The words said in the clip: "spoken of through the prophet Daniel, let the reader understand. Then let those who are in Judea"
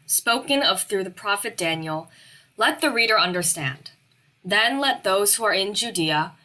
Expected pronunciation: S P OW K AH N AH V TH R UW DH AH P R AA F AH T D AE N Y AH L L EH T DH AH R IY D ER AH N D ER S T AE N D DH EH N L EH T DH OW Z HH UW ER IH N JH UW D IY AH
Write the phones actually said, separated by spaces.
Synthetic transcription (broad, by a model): S P OW K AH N AH V TH R UW DH AH P R AA F AH T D AE N Y L L EH T DH AH R IY D ER AH N D ER S T AE N D DH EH N L EH T DH OW Z HH UW ER IH N JH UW D IY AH